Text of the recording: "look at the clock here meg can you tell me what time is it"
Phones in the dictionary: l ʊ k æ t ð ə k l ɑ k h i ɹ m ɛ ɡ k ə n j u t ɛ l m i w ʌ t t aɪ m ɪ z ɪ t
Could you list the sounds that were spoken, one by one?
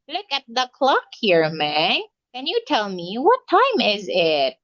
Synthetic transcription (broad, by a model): l ʊ k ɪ t ð ə k l ɑ k h i ɹ m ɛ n k ə n j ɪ t ɛ l m i w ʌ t t aɪ m ɪ z ɪ t